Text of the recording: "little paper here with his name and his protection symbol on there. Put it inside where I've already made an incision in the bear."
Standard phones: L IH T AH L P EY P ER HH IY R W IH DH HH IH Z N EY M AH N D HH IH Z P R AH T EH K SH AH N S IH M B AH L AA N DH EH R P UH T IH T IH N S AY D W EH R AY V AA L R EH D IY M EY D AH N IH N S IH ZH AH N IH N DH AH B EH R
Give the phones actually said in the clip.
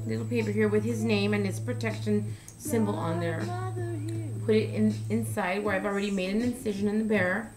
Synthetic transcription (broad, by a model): L IH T L P EY P ER HH IY R W IH DH IH Z N EY M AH N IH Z P R AH T EH K SH AH N S IH M B AH L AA N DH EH R P UH T IH T IH N S AY D W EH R AY V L R EH D IY M EY D AH N IH N S IH ZH AH N IH N DH AH B EH R